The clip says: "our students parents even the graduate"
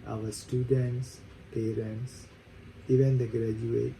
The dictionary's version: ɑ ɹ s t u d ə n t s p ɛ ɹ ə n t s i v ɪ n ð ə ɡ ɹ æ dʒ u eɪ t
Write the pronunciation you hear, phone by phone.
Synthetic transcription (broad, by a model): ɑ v s t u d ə n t s p ɛ ɹ ə n t s i v ɪ n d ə ɡ ɹ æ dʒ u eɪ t